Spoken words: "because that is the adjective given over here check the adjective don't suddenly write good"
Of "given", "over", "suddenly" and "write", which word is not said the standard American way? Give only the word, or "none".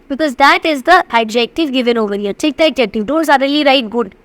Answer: suddenly